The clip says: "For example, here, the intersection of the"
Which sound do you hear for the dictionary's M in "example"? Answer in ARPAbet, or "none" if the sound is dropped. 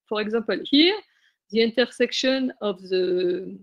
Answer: none